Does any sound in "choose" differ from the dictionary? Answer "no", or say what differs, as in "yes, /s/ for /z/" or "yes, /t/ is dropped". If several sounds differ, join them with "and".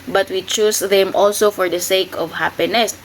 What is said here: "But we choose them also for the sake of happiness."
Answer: yes, /s/ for /z/